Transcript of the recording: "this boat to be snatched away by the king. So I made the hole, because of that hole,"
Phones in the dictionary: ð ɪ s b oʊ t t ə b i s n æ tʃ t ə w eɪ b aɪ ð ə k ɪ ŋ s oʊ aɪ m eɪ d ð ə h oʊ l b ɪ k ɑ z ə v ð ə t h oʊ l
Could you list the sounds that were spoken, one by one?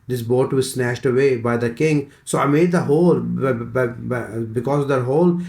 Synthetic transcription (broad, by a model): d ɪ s b oʊ t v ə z s n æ ʃ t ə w eɪ b aɪ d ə k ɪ ŋ s oʊ aɪ m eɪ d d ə h oʊ l b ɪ k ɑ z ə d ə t h oʊ l